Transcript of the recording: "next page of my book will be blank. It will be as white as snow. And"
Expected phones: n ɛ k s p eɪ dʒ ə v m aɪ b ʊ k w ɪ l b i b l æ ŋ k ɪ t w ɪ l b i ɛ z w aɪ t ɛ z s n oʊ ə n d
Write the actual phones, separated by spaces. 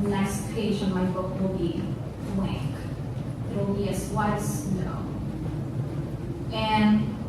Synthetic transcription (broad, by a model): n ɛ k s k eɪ ʒ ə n m aɪ b ʊ k w ɪ l b i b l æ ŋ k ɪ t w ɪ l b i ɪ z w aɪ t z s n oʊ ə n